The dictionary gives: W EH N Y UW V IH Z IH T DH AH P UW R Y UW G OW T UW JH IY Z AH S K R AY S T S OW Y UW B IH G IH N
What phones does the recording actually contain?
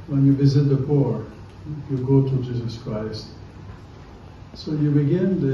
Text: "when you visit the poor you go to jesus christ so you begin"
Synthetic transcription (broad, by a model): W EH N Y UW V IH Z IH T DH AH P UW R Y UW G OW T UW JH IY Z AH S K R AY S T S OW Y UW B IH G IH N